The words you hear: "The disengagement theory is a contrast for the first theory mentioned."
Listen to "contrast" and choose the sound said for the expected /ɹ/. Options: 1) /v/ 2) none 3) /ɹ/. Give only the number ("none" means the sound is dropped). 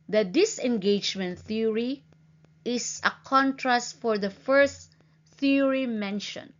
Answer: 3